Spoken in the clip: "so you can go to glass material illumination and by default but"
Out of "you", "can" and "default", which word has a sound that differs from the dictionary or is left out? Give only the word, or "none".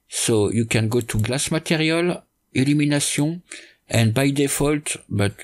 none